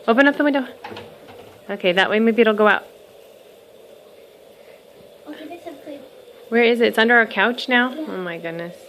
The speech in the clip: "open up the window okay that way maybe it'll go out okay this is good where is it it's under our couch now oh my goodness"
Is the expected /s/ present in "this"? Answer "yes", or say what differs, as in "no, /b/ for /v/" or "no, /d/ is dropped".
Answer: no, /s/ is dropped